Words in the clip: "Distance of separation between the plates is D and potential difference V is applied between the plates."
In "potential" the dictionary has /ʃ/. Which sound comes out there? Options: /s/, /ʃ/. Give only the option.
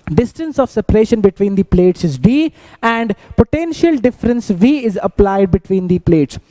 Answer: /ʃ/